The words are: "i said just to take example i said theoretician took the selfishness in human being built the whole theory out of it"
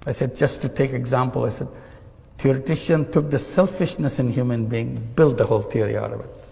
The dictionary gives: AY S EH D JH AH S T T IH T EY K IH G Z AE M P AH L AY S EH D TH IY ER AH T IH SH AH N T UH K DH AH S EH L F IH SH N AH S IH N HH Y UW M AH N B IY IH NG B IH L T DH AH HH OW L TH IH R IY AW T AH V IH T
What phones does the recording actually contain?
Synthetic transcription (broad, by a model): AY S EH D JH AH S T T IH T EY K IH G Z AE M P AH L AY S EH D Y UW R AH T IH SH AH N T UH K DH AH S EH L F IH SH N AH S IH N HH Y UW M AH N B IY IH NG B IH L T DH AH HH OW L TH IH R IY AW T AH V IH T